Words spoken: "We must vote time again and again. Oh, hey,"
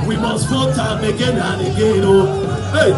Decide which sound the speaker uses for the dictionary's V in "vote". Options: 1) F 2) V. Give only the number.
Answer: 1